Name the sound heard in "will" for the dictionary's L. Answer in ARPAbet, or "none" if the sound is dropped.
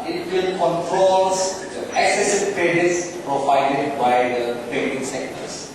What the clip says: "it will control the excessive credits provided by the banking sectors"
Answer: N